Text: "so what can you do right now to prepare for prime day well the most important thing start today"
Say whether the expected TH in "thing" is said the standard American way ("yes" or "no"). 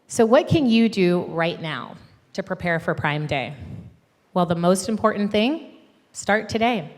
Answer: yes